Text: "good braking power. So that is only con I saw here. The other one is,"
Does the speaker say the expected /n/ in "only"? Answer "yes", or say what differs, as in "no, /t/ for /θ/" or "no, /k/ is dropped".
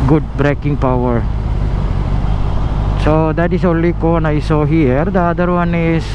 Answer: yes